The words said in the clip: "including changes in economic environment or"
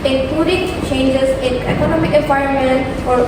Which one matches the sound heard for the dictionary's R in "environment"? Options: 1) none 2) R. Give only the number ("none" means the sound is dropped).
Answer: 1